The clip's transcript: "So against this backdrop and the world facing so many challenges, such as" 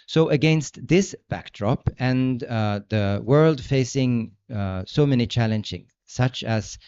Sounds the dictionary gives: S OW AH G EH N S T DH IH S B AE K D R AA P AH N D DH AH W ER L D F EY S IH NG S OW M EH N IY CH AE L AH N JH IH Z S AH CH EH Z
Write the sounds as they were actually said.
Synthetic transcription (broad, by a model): S OW AH G EH N S T DH IH S B AE K D R AA P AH N DH AH W ER L D F EY S IH NG S OW M EH N IY CH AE L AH N JH IH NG S AH CH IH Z